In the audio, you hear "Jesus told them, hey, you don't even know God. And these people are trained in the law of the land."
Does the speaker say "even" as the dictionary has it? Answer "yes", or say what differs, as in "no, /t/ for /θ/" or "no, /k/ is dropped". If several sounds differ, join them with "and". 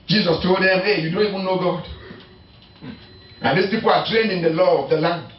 no, /w/ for /v/